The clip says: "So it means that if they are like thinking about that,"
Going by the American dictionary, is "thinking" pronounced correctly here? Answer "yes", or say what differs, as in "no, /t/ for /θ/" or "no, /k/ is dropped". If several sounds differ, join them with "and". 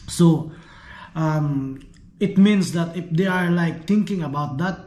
no, /t/ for /θ/